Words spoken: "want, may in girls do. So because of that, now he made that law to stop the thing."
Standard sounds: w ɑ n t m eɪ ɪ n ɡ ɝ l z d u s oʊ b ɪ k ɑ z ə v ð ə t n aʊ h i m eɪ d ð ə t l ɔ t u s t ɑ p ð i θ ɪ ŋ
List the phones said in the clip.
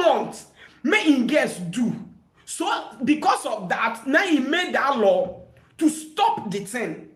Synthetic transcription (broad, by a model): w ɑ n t m eɪ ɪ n ɡ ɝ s d u s oʊ b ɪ k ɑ s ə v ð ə t n aʊ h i m eɪ d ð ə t l ɔ t u s t ɑ p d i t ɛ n